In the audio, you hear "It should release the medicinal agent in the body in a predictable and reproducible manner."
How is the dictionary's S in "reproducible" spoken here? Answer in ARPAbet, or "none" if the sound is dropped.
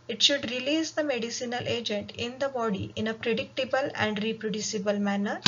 S